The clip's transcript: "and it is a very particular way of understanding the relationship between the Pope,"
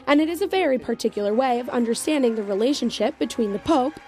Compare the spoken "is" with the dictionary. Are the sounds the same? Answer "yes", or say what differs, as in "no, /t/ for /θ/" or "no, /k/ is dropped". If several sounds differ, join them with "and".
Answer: yes